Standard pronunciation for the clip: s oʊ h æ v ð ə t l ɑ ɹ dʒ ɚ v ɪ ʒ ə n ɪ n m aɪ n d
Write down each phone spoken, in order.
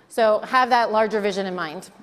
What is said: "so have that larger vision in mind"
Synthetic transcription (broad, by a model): s oʊ h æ v ð ə t l ɑ ɹ dʒ ɚ v ɪ ʒ ə n ɪ n m aɪ n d